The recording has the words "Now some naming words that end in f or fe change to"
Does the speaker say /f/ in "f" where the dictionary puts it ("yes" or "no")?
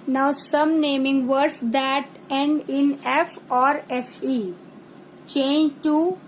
yes